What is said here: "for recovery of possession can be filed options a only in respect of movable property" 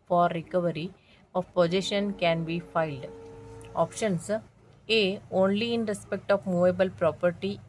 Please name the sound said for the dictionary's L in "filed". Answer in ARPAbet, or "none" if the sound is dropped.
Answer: L